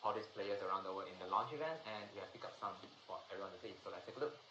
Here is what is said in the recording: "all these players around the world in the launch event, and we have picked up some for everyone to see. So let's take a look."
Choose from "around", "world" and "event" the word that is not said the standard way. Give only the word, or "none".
world